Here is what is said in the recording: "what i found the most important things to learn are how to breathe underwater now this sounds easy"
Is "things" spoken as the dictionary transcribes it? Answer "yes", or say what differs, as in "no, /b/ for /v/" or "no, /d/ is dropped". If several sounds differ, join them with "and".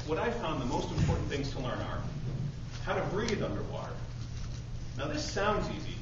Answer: yes